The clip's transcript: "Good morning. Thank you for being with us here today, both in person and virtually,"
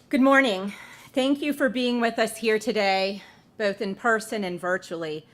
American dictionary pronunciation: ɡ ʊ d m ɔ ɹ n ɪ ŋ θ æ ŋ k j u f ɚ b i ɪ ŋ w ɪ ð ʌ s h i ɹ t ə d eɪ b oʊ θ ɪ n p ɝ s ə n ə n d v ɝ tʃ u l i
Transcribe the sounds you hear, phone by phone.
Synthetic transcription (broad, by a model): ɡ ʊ d m ɔ ɹ n ɪ ŋ θ æ ŋ k j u f ɚ b i ɪ ŋ w ɪ ð ʌ s h i ɹ t ə d eɪ b oʊ θ ɪ n p ɝ s ə n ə n v ɝ tʃ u l i